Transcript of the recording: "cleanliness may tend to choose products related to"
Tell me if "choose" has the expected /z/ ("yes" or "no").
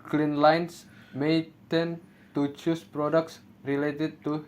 no